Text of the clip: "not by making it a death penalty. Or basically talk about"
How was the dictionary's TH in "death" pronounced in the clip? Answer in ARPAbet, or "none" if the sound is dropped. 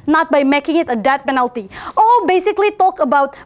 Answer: T